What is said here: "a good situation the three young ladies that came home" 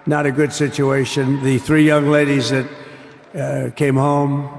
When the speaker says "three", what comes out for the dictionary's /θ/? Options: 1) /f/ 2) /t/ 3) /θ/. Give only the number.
3